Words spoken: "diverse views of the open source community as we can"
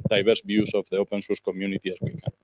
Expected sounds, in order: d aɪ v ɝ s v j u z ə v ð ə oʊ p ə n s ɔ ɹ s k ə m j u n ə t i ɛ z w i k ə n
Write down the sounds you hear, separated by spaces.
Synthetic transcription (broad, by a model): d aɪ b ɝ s b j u s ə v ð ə oʊ p ə n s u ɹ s k ə m j u n ə t i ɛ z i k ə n